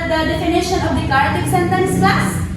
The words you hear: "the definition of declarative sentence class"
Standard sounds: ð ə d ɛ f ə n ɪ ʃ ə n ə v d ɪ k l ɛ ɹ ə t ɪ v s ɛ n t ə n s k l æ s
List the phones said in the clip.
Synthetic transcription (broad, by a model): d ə d ɛ f ə n ɪ ʃ ə n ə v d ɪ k ɑ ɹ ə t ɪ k s ɛ n t ə n s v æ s